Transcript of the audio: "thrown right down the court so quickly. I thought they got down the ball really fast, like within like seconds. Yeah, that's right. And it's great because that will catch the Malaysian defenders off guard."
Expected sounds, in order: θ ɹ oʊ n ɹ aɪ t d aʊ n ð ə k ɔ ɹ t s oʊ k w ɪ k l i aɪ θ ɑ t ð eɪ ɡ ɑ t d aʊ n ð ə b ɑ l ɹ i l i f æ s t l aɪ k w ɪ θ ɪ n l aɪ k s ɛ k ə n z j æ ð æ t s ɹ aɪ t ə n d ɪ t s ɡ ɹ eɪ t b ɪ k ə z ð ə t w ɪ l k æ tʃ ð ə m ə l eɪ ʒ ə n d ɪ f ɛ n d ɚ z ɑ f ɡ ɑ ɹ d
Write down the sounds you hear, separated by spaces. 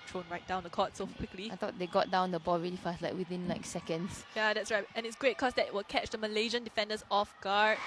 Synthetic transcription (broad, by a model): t ɹ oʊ n ɹ aɪ t d aʊ n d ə k ɔ t s oʊ k w ɪ k l i aɪ t ɑ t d eɪ ɡ ɑ t d aʊ n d ə b ɑ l ɹ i l i f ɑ s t l aɪ k w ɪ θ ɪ n l aɪ k s ɛ k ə n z j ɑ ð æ t s ɹ aɪ t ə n ɪ t s ɡ ɹ eɪ t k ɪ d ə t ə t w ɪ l k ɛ tʃ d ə m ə l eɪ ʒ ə n d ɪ f ɛ n d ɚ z ɑ f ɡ ɑ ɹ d